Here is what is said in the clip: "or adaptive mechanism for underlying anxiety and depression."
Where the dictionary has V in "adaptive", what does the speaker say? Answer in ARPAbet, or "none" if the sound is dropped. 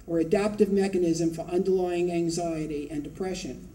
V